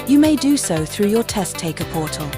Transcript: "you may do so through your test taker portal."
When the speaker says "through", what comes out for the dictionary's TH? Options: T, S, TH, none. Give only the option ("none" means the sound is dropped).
TH